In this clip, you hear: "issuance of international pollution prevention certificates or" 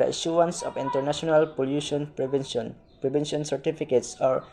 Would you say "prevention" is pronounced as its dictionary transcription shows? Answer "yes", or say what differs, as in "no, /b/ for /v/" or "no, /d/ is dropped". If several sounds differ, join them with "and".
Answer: no, /b/ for /v/